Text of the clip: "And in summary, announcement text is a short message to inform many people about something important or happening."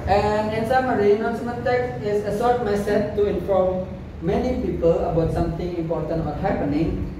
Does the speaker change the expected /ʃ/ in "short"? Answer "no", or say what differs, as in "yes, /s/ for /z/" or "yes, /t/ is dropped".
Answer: yes, /s/ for /ʃ/